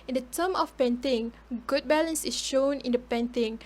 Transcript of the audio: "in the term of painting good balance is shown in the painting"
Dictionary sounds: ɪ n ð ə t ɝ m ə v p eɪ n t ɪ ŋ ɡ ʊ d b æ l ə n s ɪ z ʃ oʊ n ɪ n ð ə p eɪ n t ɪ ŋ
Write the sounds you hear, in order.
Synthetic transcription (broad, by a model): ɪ n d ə t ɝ m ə f p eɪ n t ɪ ŋ ɡ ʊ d b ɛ l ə n s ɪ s ʃ oʊ n ɪ n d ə p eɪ n t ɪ ŋ